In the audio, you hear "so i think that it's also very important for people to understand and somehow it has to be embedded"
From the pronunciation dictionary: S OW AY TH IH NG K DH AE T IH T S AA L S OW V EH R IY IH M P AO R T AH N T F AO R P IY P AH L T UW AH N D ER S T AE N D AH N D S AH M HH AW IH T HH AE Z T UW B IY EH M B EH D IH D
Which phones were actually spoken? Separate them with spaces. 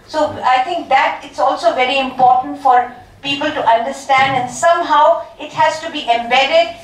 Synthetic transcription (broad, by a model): S OW AY T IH NG K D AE T IH T S AA L S OW V EH R IY IH M P AO R T AH N T F AO R P IY P AH L T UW AH N D ER S T AE N D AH N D S AH M HH AW IH T HH AE Z T UW B IY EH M B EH D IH D